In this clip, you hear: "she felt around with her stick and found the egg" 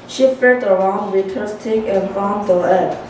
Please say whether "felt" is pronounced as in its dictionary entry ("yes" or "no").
no